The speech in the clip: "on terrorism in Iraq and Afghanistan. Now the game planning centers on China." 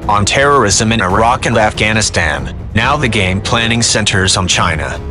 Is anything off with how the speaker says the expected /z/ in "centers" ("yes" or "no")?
no